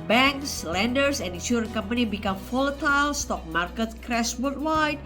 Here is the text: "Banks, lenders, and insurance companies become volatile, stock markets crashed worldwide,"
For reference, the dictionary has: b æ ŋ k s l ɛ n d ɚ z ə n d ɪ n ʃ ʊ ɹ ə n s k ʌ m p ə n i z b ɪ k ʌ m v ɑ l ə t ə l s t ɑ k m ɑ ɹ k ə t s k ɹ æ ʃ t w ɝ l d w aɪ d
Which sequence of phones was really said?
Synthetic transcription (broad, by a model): b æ ŋ k s l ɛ n d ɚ s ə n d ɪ n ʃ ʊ ɹ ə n k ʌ m p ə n i b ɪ k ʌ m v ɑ l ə t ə l s t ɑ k m ɑ ɹ k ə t k ɹ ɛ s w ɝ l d w aɪ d